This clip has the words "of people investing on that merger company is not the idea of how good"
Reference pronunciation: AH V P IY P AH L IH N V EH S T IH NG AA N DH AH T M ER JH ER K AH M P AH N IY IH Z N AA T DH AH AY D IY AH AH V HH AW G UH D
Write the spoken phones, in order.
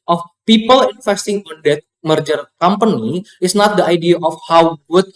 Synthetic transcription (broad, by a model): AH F P IY P AH L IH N F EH S T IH NG AA N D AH T M ER JH ER K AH M P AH N IY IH S N AA T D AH AY D IY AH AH F HH AW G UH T